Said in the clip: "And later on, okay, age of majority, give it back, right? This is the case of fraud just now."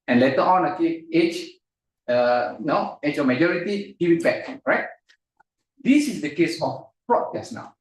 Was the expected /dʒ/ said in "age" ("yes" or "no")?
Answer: no